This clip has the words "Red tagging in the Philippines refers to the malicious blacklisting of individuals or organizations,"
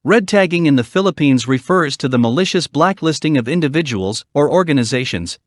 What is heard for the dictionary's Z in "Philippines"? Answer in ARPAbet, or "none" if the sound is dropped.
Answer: Z